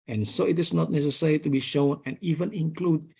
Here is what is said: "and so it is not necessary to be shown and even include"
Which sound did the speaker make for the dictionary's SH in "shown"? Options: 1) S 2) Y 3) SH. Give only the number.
3